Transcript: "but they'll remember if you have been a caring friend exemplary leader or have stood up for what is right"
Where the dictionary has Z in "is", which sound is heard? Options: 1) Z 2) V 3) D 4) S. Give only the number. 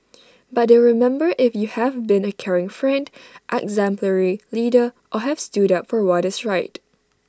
4